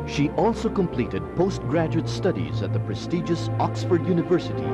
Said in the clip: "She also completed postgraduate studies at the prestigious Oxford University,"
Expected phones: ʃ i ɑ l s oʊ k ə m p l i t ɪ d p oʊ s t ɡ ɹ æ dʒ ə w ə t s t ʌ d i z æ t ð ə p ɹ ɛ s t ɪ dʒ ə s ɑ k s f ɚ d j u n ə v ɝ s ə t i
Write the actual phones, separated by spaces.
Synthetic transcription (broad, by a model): ʃ i ɑ l s oʊ k ə m p l i t ɪ d p oʊ s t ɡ ɹ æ dʒ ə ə t s t ʌ d i z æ t ð ə p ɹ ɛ s t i dʒ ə s ɑ k s f ɚ d j u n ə v ɝ s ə t i